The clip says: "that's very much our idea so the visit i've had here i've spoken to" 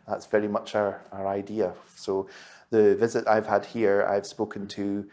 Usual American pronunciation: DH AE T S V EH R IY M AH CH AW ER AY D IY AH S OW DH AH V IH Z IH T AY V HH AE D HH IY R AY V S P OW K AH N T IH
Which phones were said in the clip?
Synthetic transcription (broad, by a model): DH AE T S V EH R IY M AH CH AW ER AY D IY AH S OW DH AH V IH Z IH T AY V HH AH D HH IY R AY V S P OW K AH N T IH